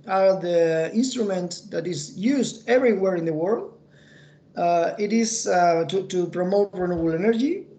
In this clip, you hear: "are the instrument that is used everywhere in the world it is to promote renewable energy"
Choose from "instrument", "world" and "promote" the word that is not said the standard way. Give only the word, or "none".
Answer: none